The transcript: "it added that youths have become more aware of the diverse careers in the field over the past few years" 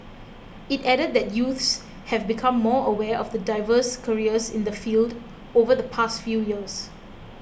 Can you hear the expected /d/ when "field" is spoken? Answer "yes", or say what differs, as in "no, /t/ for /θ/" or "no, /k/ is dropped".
yes